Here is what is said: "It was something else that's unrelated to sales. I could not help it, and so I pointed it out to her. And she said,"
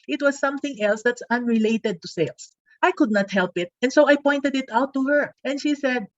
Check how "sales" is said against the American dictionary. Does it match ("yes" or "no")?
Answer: no